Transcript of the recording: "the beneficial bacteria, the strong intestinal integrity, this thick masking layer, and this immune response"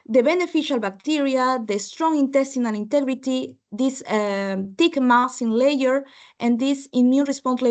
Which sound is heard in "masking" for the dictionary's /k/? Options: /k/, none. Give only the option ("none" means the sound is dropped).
none